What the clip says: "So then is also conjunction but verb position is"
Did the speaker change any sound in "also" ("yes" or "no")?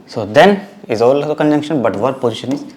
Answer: yes